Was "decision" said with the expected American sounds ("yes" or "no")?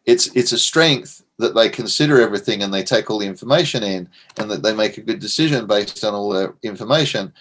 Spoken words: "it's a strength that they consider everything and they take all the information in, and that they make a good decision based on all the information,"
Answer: yes